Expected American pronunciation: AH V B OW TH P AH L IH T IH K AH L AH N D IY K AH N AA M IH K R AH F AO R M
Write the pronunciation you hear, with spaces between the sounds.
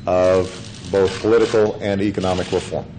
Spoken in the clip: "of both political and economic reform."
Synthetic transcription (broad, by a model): AH V B OW TH P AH L IH T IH K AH L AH N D IY K AH N AA M IH K R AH F AO R M